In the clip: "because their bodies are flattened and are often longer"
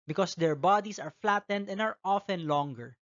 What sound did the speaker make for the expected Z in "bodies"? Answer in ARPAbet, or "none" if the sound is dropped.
S